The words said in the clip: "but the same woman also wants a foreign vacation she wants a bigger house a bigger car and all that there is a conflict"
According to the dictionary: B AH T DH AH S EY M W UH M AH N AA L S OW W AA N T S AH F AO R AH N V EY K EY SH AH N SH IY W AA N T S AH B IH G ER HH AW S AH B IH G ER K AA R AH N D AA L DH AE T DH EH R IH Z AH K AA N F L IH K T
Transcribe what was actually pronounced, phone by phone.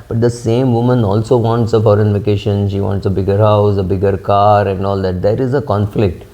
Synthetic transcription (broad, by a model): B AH T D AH S EY M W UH M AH N AA L S OW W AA N T S AH F AO R AH N V EY K EY SH AH N SH IY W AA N T S AH B IH G ER HH AW S AH B IH G ER K AA R AH N D AA L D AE T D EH R IH Z AH K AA N F L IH K T